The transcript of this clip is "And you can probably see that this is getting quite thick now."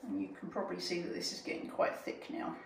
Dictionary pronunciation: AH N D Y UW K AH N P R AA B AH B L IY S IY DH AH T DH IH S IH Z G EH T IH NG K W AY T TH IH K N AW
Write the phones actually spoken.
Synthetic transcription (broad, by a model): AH N Y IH K AH N P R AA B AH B L IY S IY DH AH T DH IH S IH Z G EH T IH NG K W AY T TH IH K N AW